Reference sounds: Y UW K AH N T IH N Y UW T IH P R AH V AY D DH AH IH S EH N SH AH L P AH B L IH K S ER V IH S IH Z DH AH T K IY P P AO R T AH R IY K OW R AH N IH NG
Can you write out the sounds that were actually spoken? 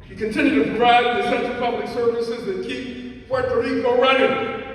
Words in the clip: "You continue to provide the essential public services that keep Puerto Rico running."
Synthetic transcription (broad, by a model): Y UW K AH N T IH N Y UW T IH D R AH IH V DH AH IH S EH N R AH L P AH B L IH K S ER V IH S IH Z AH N K IY P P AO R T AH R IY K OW R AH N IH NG